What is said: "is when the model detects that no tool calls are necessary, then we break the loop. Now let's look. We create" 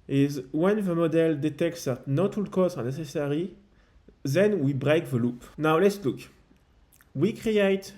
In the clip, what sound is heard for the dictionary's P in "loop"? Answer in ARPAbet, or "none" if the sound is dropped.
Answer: P